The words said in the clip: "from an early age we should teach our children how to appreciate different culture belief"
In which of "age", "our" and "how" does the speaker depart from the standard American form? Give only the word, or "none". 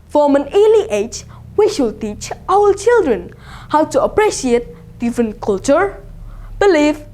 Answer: our